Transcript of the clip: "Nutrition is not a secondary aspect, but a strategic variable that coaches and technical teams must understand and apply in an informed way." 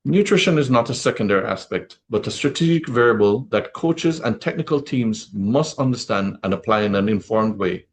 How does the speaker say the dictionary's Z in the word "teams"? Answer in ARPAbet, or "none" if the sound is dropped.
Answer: Z